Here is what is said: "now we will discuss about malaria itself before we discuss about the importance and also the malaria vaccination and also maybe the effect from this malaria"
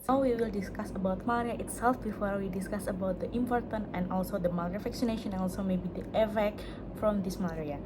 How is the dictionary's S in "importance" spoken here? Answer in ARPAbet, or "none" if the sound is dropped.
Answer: none